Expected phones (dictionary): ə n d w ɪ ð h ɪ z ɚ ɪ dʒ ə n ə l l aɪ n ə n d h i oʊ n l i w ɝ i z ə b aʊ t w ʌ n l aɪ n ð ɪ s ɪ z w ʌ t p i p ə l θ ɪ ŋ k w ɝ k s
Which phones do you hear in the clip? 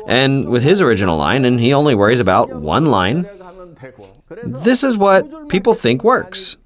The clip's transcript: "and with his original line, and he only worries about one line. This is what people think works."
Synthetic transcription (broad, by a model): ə n w ɪ ð ɪ z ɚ ɪ dʒ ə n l l aɪ n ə n i oʊ n l i w ɝ i z ə b aʊ t w ʌ n l aɪ n ð ɪ s ɪ z w ʌ t p i p l θ ɪ ŋ k w ɝ k s